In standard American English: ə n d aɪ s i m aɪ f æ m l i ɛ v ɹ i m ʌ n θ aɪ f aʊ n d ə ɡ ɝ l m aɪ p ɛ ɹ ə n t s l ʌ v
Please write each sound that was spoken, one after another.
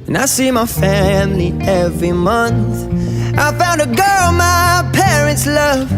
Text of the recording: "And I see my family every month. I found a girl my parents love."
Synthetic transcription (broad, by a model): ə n aɪ s i m aɪ f æ m l i ɛ v ɹ i m ʌ n θ aɪ f aʊ n d ə ɡ ɝ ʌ m aɪ p ɛ ɹ ə n t s l ʌ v